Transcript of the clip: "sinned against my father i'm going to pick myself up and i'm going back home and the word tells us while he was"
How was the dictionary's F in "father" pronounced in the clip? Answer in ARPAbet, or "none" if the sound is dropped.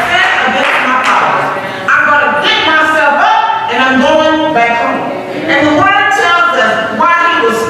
P